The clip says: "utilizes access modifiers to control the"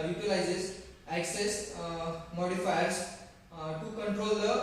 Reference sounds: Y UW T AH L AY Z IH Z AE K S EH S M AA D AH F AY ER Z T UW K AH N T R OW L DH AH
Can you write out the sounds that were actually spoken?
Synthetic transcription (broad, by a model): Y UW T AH L AY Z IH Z AE K S EH S M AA D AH F AY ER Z T UW K AH N T R OW L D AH